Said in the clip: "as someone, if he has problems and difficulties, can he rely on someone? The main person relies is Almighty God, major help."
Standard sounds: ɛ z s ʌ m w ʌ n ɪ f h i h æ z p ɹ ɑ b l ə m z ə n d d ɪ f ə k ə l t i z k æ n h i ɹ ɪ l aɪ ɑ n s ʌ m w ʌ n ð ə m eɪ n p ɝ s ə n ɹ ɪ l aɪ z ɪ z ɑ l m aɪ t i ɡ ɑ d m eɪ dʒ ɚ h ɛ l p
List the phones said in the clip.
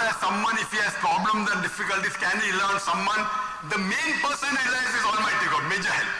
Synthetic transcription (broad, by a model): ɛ s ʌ m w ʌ n ɪ f h i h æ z p ɹ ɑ b l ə m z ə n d d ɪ f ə k ə l t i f k æ n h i l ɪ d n s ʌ m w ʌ n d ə m eɪ n p ɝ s ə n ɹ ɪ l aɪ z ɪ z ɑ l m aɪ t i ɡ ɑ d m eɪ dʒ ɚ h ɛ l